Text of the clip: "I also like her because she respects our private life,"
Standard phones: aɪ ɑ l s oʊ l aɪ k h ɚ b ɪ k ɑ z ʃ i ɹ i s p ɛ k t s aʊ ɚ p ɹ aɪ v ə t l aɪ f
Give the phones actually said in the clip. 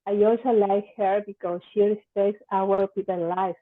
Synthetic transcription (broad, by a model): aɪ ɑ l s oʊ l aɪ k h ɚ b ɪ k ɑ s ʃ i ɹ i s p ɛ k t s aʊ ɚ p i p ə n l aɪ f